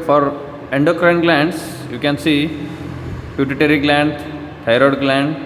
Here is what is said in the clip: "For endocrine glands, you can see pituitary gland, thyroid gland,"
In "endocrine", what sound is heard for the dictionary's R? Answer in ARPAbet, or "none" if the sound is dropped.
R